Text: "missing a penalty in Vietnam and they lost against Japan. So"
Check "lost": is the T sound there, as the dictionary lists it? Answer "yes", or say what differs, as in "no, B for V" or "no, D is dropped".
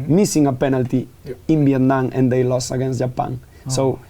no, T is dropped